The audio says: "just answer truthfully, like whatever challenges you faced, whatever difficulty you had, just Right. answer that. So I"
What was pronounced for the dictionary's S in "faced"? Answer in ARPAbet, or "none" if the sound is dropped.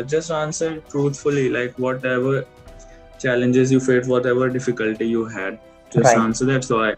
none